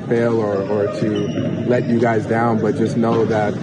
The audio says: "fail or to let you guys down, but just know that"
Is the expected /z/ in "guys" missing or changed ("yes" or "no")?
no